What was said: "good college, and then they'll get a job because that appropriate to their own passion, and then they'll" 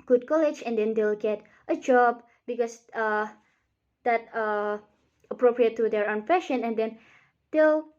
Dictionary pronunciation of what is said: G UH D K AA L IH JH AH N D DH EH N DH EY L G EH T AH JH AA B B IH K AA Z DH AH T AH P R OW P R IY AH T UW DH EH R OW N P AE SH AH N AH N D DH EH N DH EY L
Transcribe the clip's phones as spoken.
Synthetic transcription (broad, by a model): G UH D K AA L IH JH AH N D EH N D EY L G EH T AH JH AA B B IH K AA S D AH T AH P R OW P R IY AH T UW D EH R OW N F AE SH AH N AH N D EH N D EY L